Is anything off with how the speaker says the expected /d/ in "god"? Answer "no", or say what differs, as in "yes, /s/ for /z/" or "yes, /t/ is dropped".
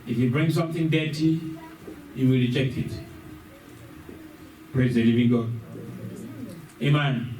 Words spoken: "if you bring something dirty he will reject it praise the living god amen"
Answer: yes, /d/ is dropped